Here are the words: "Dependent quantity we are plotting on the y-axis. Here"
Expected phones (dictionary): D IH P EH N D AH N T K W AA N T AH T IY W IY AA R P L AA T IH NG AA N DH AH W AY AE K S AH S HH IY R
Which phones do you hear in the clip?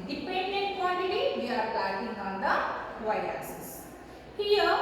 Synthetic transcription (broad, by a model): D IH P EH N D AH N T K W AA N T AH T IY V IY AA R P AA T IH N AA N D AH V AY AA S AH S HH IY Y